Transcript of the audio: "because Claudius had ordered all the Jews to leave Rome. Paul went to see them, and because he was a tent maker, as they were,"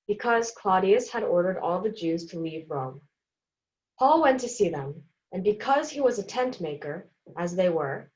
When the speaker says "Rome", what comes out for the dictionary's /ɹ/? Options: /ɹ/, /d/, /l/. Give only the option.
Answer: /ɹ/